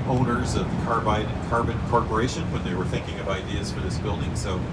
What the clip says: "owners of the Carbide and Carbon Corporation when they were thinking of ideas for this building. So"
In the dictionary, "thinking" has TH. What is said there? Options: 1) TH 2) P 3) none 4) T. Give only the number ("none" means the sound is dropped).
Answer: 1